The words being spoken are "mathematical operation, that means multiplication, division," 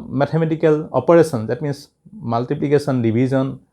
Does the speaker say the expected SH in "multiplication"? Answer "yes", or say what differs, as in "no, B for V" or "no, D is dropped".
no, S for SH